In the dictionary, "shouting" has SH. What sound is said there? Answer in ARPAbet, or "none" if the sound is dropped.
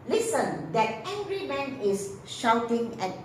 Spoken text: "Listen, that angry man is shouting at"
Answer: SH